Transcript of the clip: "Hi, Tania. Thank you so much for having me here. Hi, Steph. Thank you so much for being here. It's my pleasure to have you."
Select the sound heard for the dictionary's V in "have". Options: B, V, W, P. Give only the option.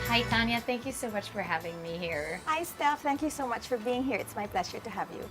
V